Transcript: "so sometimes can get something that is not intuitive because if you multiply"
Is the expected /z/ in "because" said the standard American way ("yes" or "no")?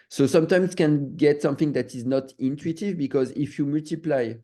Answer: yes